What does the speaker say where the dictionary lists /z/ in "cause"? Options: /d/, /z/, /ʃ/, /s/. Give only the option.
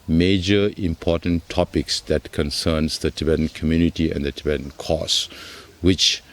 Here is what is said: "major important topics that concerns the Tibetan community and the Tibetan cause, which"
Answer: /s/